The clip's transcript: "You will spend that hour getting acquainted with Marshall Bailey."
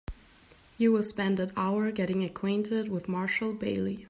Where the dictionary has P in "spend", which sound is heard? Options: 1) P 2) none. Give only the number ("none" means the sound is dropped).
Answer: 1